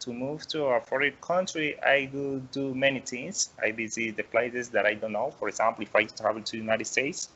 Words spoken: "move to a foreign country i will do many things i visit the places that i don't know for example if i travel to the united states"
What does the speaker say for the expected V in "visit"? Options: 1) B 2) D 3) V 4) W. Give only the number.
1